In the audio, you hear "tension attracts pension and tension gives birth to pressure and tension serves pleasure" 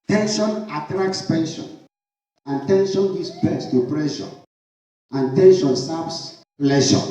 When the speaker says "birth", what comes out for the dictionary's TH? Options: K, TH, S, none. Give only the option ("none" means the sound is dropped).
S